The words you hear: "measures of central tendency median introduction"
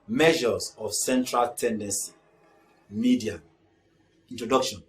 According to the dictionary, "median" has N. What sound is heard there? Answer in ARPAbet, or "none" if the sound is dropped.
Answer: none